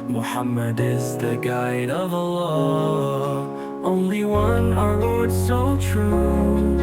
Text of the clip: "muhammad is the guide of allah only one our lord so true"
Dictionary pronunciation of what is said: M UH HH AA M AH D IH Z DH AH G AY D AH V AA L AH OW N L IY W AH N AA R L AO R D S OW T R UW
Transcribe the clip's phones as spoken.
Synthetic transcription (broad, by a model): M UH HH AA M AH D IH Z DH AH G AY D AH V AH L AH OW N L IY W AH N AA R W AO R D S OW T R UW